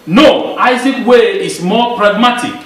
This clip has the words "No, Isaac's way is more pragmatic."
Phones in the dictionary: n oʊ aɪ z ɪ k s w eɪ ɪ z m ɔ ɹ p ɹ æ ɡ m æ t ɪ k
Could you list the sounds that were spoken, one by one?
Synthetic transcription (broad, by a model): n oʊ aɪ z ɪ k w eɪ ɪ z m ɔ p ɹ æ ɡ m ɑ t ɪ k